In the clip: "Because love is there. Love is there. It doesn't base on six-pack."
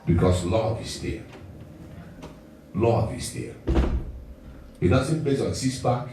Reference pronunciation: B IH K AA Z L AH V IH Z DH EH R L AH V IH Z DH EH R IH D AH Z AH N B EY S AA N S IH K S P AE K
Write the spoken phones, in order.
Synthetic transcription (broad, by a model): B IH K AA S L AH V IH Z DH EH L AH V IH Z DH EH IH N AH S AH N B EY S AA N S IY S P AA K